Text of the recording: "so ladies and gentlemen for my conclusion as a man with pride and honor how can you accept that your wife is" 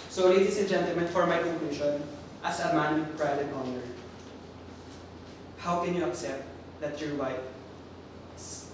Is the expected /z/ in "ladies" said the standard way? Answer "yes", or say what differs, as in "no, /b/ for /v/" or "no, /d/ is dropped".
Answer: no, /s/ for /z/